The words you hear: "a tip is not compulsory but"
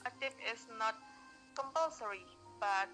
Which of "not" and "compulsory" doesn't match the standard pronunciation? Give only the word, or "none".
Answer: none